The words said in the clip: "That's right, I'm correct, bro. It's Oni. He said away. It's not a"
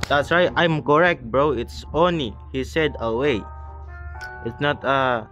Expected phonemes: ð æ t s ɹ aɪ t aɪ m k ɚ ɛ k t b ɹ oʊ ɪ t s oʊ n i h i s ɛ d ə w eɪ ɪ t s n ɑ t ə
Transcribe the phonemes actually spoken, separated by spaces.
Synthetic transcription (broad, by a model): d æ t s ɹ aɪ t aɪ m k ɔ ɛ k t b ɹ oʊ ɪ t s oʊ n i h i s ɛ d ə w eɪ ɪ t s n ɑ t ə